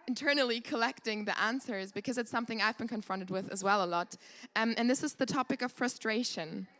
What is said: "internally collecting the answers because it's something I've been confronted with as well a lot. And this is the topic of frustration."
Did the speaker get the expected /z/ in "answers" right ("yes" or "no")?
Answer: yes